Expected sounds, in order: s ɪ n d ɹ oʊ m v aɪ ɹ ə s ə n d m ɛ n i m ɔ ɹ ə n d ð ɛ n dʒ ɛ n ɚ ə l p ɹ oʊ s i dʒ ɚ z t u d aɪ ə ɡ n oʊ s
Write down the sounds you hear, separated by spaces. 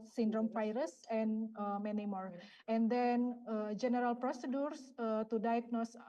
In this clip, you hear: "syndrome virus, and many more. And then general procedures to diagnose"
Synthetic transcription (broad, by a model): s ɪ n d ɹ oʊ m f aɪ ɹ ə s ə n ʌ m ɛ n i m ɔ ɹ ə n d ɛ n dʒ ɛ n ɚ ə l p ɹ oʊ s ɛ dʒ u s t u d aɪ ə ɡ n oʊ s